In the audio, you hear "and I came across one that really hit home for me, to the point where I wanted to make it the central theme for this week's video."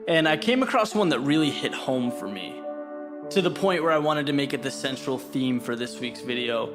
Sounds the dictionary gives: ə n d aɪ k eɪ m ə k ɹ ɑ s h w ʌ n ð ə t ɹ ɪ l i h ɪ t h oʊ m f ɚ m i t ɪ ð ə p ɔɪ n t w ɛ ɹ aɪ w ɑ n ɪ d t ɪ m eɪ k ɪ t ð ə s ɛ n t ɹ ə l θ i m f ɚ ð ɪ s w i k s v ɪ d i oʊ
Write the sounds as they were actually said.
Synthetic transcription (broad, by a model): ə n aɪ k eɪ m ə k ɹ ɑ s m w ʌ n ð ə t ɹ ɪ l i h ɪ t h oʊ m f ɚ m i t ɪ ð ə p ɔɪ n t w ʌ ɹ aɪ w ɑ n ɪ d t ɪ m eɪ k ɪ t ð ə s ɛ n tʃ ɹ l θ i m f ɚ ð ɪ s w i k s v ɪ d i oʊ